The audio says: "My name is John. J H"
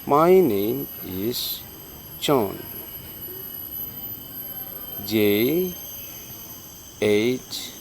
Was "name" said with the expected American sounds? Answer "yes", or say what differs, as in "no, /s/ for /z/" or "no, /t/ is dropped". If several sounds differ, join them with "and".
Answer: no, /m/ is dropped